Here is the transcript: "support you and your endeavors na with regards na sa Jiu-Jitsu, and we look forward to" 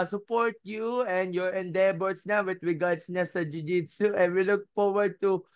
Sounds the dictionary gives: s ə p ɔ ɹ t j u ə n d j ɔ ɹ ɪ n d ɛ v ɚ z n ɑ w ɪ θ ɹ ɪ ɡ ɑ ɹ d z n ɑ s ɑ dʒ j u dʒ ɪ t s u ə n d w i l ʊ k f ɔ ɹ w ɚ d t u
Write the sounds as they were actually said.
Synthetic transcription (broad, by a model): s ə p ɔ ɹ t j u ə n d j ɔ ɹ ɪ n d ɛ b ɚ s n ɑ w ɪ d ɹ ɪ ɡ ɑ ɹ d s n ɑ s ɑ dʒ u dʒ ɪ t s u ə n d w i l ʊ k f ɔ ɹ w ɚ d t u